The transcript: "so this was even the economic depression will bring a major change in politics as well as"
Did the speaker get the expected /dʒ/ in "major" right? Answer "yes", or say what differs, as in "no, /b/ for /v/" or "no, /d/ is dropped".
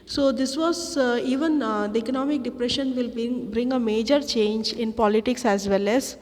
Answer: yes